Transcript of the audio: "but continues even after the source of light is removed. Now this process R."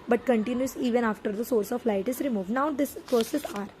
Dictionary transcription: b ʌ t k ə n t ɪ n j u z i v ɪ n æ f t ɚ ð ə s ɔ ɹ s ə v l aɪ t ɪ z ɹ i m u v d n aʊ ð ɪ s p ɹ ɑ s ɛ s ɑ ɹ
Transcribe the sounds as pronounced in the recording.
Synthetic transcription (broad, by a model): b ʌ t k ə n t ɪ n j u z i v ɪ n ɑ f t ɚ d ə s ɔ ɹ s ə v l aɪ t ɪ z ɹ i m u v d n aʊ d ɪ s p ɹ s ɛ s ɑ ɹ